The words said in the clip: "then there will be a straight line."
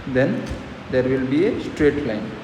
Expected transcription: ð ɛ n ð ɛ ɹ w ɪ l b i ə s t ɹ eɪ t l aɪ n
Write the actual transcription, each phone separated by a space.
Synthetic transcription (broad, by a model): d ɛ n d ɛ ɹ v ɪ l b i ə s t ɹ eɪ t l aɪ n